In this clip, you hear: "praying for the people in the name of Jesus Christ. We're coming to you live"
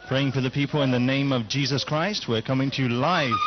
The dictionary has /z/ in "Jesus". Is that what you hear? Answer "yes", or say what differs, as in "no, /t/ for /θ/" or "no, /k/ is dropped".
yes